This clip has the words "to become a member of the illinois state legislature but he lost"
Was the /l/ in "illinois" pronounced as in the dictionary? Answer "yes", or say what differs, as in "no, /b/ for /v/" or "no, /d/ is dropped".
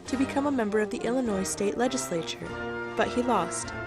yes